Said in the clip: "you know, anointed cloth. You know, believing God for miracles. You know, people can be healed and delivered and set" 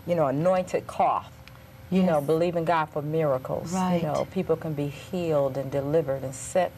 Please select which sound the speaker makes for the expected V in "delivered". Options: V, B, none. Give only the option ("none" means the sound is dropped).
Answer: V